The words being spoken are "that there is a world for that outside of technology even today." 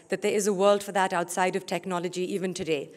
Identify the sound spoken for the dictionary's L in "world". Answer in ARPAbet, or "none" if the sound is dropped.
L